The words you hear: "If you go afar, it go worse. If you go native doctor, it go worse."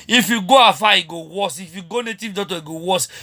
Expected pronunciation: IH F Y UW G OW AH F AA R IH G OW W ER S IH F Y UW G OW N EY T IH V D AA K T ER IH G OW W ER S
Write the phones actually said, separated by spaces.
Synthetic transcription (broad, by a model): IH F Y UW G OW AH F AA IH G OW W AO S IH F Y UW G OW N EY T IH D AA T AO IH G OW W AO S